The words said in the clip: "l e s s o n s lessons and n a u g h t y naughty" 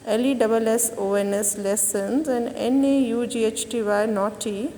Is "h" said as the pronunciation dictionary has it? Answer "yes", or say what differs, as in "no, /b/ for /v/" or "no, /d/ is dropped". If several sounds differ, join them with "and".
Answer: yes